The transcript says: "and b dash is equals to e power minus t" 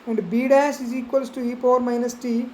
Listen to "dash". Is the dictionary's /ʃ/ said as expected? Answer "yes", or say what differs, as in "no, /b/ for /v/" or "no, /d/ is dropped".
no, /s/ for /ʃ/